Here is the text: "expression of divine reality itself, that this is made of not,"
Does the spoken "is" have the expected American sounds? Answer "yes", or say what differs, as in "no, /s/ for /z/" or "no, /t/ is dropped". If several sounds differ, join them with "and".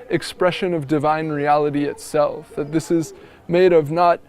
yes